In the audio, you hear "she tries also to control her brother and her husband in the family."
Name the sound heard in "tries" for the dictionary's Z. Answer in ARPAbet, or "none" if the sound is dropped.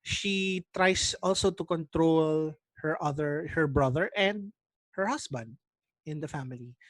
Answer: S